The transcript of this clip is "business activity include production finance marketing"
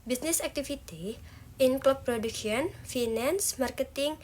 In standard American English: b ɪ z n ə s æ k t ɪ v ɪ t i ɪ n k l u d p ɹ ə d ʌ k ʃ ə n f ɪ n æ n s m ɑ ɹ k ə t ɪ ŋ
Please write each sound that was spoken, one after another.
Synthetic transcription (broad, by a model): b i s n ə s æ k t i f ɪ t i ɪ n k l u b p ɹ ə d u k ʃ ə n f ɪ n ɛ n s m ɑ ɹ k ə t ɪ ŋ